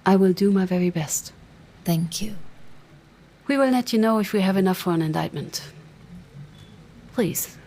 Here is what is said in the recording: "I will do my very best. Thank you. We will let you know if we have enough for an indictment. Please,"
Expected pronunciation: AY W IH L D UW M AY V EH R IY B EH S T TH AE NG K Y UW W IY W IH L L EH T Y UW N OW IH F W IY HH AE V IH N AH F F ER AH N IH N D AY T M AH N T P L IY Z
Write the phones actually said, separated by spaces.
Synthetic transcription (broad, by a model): AY W IH L D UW M AY V EH R IY B EH S T TH AE NG K Y UW W IY W IH L N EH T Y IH N OW IH F W IY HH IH V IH N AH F F ER AH N IH N D AY T M AH N T P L IY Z